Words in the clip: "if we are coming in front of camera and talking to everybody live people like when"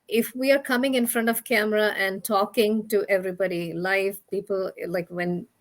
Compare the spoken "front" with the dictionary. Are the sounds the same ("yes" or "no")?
yes